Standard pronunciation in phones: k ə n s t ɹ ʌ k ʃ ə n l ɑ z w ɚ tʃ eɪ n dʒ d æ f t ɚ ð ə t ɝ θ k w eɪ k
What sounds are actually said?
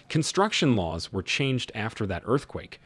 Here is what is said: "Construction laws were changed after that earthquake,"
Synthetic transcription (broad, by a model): k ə n s t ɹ ʌ k ʃ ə n l ɑ z w ɚ tʃ eɪ n dʒ d æ f t ɚ ð ə t ɝ θ k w eɪ k